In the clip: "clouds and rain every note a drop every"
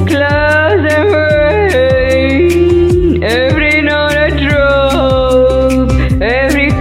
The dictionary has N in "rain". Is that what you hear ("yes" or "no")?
no